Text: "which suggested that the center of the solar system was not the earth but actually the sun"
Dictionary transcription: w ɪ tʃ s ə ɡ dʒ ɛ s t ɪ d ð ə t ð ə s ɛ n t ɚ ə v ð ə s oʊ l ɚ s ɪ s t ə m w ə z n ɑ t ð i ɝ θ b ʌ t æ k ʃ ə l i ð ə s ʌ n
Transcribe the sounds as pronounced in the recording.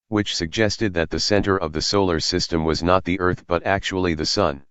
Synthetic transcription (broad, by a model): w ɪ tʃ s ə ɡ dʒ ɛ s t ɪ d ð ə t ð ə s ɛ n t ɚ ə v ð ə s oʊ l ɚ s ɪ s t ə m w ə z n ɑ t ð i ɝ θ b ʌ t æ k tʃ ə l i ð ə s ʌ n